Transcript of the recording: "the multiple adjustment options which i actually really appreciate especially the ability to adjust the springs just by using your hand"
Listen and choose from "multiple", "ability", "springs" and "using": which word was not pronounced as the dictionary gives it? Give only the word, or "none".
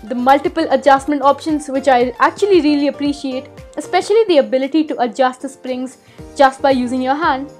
none